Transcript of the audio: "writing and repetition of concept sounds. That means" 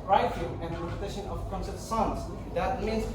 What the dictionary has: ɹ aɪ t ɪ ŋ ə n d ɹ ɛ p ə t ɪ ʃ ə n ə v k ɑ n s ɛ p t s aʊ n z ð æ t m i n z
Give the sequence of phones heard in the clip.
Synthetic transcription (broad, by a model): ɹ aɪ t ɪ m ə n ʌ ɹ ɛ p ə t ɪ ʃ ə n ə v k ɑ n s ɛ t s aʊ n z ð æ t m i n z